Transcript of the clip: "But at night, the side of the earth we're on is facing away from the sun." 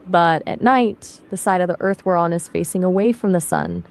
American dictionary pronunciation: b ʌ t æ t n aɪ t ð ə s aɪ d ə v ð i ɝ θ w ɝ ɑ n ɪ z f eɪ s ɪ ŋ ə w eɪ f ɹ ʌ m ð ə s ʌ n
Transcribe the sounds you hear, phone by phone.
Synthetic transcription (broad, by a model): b ʌ t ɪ t n aɪ t ð ə s aɪ d ə v ð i ɝ θ w ɝ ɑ n ɪ z f eɪ s ɪ ŋ ə w eɪ f ɹ ʌ m ð ə s ʌ n